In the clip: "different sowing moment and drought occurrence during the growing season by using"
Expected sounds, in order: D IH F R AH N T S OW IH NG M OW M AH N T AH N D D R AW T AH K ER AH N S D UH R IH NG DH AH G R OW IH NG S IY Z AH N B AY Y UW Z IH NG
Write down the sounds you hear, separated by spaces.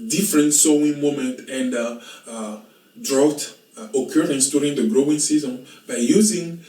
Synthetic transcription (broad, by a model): D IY F R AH N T S OW IH NG M OW M AH N T AH N D D R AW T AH K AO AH N S D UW R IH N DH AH G R OW IH NG S IY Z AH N B AY Y UW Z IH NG